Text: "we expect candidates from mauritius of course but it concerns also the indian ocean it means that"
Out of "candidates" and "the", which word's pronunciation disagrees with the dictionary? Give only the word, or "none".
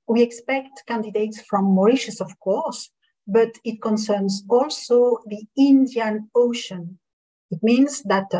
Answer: none